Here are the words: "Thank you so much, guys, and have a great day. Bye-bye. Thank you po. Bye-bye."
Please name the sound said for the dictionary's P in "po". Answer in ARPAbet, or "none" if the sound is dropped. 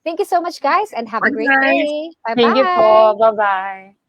F